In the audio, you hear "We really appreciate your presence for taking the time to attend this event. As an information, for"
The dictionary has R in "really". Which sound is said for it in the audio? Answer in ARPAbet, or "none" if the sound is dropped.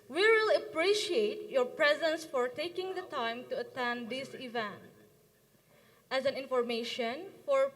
W